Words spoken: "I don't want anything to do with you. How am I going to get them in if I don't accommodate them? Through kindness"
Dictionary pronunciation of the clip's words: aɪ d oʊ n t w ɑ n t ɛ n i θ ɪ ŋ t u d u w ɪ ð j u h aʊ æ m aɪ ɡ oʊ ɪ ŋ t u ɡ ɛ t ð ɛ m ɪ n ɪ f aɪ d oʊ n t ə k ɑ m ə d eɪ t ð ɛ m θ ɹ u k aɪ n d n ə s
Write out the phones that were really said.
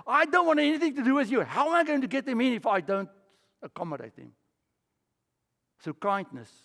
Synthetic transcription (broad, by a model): aɪ d oʊ n t w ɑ n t ɛ n i θ ɪ ŋ t u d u w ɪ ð j u h aʊ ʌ m aɪ ɡ oʊ ɪ ŋ t u ɡ ɛ t ð ɛ m ɪ n ɪ f aɪ d oʊ n t ə k ɑ m ə d eɪ t ð ɛ m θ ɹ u k aɪ n d n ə s